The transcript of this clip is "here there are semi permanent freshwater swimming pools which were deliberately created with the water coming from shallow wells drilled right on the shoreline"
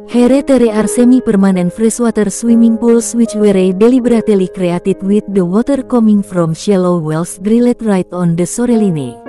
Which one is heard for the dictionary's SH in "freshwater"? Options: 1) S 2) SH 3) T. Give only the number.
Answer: 1